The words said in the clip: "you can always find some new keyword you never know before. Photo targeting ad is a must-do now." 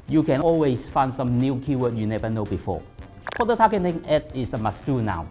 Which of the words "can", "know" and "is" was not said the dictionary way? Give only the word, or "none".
is